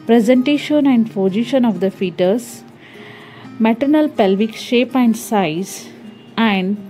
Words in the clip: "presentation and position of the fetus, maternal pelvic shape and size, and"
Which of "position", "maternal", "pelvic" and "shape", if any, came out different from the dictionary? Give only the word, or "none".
position